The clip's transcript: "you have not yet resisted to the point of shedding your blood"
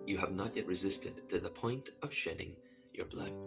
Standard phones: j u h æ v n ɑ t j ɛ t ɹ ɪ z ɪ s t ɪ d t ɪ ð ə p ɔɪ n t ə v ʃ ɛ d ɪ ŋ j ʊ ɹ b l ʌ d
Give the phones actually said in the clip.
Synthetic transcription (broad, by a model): j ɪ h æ v n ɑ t j ɛ t ɹ ɪ z ɪ s t ɪ d t ɪ ð ə p ɔɪ n t ə v ʃ ɛ d ɪ ŋ j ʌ ɹ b l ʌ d